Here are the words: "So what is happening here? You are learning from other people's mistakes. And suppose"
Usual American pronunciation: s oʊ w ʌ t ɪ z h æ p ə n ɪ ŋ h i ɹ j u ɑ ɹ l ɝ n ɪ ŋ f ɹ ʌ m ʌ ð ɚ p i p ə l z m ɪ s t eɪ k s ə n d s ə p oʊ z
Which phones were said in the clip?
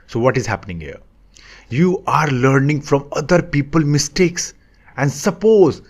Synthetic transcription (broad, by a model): s oʊ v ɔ t ɪ z h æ p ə n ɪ ŋ h i ɹ j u ɑ ɹ l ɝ n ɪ ŋ f ɹ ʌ m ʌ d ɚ p i p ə l m ɪ s t eɪ k s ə n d s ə p oʊ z